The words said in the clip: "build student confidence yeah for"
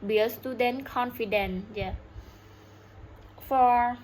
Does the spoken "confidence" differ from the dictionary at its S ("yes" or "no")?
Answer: yes